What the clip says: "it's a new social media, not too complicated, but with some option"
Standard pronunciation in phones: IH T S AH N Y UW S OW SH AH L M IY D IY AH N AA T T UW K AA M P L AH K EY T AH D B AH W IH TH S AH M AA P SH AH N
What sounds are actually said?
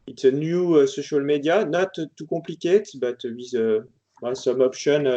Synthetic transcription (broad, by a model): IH T S AH N Y UW S OW SH AH L M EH D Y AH N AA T T UW K AA P L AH K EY T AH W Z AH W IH S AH M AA P SH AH N